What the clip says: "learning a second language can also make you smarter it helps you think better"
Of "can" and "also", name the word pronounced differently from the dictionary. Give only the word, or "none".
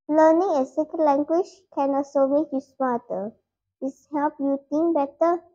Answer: also